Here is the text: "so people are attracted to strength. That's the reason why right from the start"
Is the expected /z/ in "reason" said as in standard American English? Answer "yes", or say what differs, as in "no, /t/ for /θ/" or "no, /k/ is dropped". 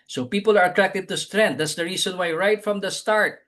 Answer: no, /s/ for /z/